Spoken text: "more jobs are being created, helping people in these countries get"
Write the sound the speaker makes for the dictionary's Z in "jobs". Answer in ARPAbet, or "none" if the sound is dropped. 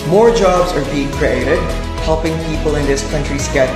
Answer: Z